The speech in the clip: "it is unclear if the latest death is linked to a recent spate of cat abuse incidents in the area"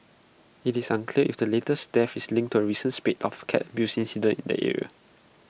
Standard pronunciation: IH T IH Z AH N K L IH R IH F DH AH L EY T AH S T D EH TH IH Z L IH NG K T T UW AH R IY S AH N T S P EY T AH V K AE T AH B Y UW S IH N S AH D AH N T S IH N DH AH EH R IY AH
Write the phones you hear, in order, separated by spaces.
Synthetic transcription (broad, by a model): IH T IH S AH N K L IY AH IH F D AH L EY T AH S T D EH F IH S L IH NG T T UW AH R IY S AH N S P EY T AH F K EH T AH B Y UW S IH N S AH D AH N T IH N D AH EH R IY AH